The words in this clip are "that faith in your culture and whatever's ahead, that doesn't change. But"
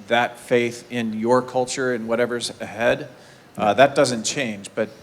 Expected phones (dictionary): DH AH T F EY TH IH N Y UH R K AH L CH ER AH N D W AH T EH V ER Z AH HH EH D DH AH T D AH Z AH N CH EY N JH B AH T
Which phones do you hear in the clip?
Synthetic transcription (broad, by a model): DH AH T F EY TH IH N Y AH R K AH L CH ER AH N W AH T EH V ER Z AH HH EH D DH AH T D AH Z AH N CH EY N JH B AH T